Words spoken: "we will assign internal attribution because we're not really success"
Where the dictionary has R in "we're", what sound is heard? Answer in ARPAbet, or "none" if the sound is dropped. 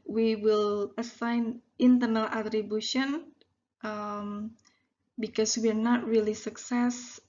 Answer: R